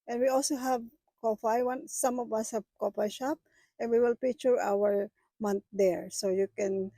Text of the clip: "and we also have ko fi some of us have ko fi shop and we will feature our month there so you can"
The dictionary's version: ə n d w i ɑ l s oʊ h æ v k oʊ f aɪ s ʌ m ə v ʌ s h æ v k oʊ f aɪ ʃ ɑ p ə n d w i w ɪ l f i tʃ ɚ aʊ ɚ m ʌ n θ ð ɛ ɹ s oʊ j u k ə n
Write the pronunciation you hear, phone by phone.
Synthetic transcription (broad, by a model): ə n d w i ɑ l s oʊ h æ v k oʊ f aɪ s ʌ m ə v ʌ s h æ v k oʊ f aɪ ʃ ɑ p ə n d w i w ɪ l p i tʃ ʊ aʊ ɚ m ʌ n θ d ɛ ɹ s oʊ j u k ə n